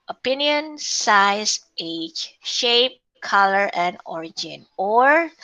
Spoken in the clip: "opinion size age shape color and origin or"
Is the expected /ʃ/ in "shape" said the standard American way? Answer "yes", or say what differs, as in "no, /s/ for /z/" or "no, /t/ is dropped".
yes